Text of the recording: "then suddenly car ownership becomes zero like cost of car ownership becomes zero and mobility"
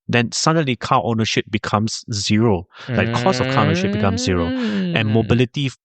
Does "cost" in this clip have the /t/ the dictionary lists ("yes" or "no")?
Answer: no